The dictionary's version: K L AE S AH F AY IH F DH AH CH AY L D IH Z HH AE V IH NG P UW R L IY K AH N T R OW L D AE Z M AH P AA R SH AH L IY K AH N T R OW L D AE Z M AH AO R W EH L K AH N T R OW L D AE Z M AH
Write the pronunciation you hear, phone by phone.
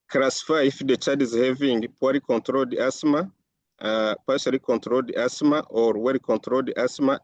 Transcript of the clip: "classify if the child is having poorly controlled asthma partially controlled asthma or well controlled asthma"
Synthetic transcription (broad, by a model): K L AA S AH F AY IH F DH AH CH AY D IH Z HH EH V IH NG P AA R IY K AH N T R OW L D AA S M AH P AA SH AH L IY K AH N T R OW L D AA S M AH AO R W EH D K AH N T R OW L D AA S M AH